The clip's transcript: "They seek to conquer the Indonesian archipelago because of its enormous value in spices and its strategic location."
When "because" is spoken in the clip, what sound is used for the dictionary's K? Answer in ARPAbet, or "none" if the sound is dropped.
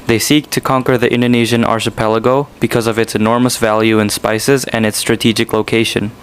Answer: K